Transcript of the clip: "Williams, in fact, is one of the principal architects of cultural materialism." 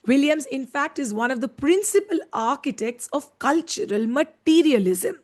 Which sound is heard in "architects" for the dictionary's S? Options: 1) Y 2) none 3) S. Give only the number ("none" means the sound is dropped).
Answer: 3